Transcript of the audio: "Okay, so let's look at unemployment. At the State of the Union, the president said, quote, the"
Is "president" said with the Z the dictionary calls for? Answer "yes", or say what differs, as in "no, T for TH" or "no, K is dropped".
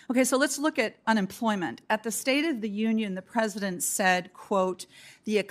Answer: yes